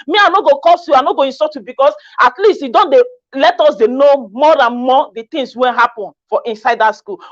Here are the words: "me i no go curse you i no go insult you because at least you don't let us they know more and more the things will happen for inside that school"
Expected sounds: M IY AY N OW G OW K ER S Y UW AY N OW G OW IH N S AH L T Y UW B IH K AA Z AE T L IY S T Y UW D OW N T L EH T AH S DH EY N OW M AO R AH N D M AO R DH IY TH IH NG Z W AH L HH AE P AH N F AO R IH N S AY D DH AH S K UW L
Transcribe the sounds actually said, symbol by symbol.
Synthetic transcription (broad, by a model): M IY AY N OW G OW K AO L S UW AY N OW G OW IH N S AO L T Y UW B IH K AA S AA T L IY S T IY D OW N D L EH T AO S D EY N OW M AO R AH N M AO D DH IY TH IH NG S W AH N HH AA P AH N F AO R IH N S AY D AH S K UW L